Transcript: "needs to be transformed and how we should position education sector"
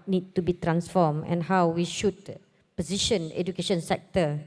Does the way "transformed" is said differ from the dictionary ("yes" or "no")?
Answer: yes